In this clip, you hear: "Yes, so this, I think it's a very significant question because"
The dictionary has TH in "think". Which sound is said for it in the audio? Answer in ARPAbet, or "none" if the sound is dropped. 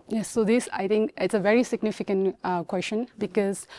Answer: T